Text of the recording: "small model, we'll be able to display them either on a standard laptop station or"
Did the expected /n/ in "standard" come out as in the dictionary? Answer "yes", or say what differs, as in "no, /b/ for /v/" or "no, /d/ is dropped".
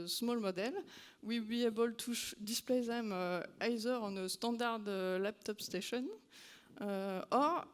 no, /n/ is dropped